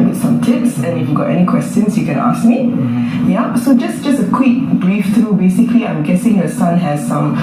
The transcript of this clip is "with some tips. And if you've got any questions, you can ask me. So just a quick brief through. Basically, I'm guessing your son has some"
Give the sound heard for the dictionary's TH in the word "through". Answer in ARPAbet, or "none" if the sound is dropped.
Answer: T